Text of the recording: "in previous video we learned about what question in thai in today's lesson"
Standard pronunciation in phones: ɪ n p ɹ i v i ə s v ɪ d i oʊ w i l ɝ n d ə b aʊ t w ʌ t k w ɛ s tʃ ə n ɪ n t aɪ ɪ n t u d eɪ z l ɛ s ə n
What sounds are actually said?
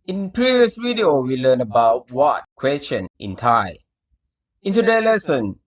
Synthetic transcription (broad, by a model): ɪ n p ɹ i v i ə s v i d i oʊ w i l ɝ n ə b aʊ t w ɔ t k w ɛ s tʃ ə n ɪ n t aɪ ɪ n t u d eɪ l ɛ s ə n